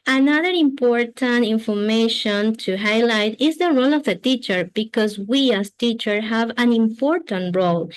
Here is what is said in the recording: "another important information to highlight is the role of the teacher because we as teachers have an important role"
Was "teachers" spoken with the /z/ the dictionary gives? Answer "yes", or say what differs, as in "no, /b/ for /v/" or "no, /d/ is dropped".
no, /z/ is dropped